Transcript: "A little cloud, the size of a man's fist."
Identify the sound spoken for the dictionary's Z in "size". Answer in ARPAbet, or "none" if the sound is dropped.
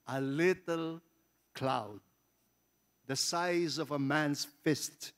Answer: Z